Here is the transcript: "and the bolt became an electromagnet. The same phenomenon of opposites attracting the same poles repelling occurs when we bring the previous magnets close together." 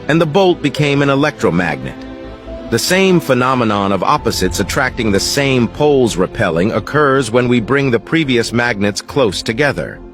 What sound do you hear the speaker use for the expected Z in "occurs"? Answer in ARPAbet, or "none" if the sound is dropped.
Z